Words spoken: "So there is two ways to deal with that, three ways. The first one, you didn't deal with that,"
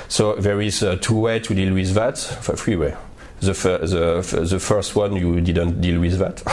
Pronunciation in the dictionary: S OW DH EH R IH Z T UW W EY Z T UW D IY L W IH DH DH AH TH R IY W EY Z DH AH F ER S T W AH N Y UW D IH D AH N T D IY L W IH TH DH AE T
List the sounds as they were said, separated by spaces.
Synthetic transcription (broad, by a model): S OW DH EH R IH Z T UW W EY T UW D IY L W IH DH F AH F R IY W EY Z DH AH F ER S T W AH N Y UW D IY D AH N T D IY L W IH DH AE T